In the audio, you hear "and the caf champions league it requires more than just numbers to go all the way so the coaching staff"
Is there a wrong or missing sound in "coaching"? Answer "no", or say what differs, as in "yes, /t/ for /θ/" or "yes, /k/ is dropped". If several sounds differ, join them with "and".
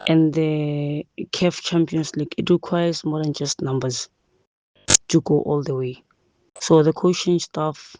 yes, /ʃ/ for /tʃ/